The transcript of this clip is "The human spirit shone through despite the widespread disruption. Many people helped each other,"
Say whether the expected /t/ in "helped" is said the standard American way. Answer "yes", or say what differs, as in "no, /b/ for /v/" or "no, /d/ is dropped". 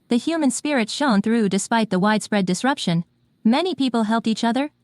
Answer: yes